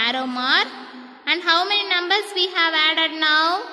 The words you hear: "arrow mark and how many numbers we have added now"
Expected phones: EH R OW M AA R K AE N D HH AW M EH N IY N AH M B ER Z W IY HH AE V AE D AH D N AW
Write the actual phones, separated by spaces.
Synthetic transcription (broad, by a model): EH R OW M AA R AE N D HH AW M EH N IY N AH M B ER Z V IY HH AE V AE D AH D N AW